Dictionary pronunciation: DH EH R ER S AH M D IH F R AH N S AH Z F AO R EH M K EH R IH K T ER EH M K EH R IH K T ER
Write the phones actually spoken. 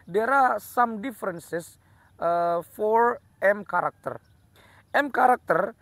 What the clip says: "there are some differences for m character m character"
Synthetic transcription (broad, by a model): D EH R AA S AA M D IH F R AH N S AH S F AO R EH M K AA R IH K T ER EH M K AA R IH K T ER